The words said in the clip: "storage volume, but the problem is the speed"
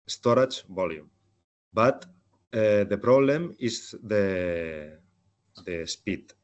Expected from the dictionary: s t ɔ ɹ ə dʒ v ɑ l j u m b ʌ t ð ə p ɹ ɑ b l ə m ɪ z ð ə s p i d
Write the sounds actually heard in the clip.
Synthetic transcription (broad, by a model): s t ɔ ɹ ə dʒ b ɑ l j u m b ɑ t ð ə p ɹ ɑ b l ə m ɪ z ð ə s p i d